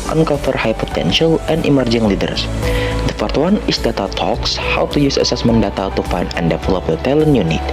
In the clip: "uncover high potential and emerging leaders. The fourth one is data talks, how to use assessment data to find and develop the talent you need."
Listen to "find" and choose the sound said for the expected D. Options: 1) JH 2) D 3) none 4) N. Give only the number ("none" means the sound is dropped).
3